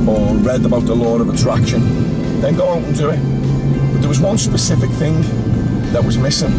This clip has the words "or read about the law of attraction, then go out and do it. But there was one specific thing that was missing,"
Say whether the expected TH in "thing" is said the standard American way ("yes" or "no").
yes